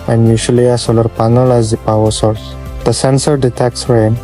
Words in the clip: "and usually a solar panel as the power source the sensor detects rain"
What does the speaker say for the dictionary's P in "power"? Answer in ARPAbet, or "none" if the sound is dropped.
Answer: P